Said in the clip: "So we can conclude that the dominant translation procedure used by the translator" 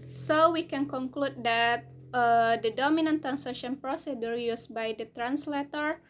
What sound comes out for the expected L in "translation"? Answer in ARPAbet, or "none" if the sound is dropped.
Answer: none